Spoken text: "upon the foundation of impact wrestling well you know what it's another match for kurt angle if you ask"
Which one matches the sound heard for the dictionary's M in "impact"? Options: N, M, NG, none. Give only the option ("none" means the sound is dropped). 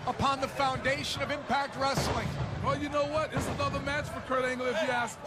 M